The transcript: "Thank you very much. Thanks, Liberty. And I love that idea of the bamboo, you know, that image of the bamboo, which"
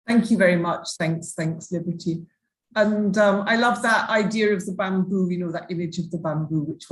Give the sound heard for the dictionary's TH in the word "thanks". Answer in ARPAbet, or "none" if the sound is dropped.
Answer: TH